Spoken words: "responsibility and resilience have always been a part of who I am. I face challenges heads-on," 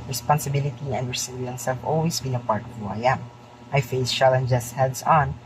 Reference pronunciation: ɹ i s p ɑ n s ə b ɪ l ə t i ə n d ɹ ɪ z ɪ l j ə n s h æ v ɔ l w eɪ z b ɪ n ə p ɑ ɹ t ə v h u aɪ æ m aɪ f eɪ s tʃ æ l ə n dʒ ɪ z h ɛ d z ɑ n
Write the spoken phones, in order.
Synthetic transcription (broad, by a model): ɹ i s p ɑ n s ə b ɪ l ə t i ə n d ɹ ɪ s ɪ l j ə n s h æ v ɔ l w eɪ s b ɪ n ə p ɑ ɹ t ə v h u aɪ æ m aɪ f eɪ s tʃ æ l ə n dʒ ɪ s h ɛ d s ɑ n